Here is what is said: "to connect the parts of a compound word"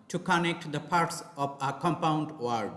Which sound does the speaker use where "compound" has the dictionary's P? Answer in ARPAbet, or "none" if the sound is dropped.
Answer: P